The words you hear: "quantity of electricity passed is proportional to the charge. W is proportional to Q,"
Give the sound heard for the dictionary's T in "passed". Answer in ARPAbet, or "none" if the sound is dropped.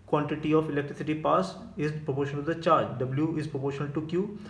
none